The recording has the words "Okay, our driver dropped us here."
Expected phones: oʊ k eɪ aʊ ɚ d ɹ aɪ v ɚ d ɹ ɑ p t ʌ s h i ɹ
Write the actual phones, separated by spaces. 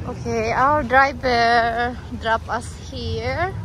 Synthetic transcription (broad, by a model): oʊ k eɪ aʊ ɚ d ɹ aɪ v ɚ d ɹ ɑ p ʌ s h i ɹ